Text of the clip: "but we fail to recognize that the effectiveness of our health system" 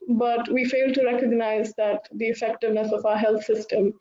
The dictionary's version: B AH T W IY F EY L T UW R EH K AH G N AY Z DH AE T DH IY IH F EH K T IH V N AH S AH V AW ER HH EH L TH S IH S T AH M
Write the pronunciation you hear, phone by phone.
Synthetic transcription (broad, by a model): B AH T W IY F EY L T UW R EH K AH G N AY Z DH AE T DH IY IH F EH K T IH V N AH S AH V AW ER HH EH L T S IH S T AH M